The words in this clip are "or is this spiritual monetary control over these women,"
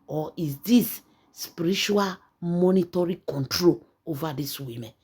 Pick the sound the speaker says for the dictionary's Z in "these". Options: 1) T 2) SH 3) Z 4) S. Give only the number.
4